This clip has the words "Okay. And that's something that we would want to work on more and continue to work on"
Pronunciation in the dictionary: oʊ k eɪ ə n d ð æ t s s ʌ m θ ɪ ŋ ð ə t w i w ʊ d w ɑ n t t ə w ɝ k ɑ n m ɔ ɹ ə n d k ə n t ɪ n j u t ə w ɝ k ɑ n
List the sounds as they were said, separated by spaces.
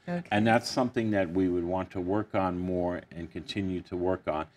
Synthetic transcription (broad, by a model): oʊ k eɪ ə n ð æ t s s ʌ m θ ɪ ŋ ð ə t w i w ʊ d w ɑ n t t ə w ɝ k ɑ n m ɔ ɹ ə n k ə n t ɪ n j u t ə w ɝ k n